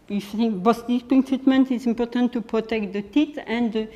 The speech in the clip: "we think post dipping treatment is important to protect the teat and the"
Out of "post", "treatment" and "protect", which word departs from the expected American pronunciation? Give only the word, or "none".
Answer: post